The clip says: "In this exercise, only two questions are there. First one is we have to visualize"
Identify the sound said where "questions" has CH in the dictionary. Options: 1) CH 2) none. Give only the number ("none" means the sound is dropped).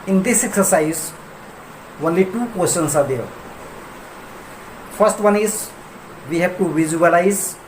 2